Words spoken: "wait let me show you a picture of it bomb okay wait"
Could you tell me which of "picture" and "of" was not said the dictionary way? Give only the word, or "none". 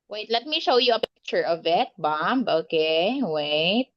none